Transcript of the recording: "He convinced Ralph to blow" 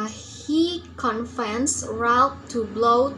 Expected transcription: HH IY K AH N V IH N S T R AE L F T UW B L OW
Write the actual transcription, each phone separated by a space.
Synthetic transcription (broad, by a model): HH IY K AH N F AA N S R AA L P T UW B L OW